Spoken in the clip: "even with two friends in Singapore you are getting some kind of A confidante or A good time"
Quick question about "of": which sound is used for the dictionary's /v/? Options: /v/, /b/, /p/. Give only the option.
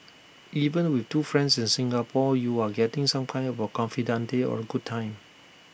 /b/